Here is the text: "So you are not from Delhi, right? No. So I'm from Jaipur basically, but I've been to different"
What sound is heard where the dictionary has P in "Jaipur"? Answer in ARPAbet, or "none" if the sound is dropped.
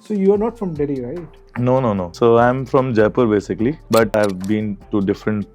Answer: P